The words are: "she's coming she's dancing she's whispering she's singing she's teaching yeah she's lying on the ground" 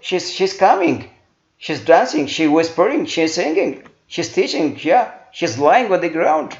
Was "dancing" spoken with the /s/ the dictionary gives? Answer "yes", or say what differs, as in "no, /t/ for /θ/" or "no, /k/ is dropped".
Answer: yes